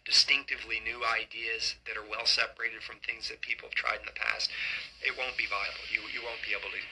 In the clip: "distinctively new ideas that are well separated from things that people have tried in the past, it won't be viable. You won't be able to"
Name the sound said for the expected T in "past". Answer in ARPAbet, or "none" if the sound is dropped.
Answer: T